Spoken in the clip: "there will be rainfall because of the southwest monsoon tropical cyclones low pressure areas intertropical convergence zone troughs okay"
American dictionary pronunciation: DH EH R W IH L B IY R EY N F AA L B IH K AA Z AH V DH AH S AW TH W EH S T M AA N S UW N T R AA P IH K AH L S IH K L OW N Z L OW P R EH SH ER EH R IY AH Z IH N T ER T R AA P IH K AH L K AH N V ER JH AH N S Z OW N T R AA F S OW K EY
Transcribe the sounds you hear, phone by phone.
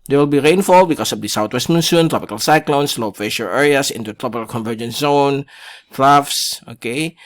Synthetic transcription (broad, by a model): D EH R W IH L B IY R EY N F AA L B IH K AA S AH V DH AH S AW T W EH S T M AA N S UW N T R AA P IH K AH L S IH K L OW N S L OW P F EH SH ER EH R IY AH S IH N T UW T R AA P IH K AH L K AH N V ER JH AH N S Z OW N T R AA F S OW K EY